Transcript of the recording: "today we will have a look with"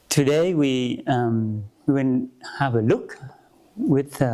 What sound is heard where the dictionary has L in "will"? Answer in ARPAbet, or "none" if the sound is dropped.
N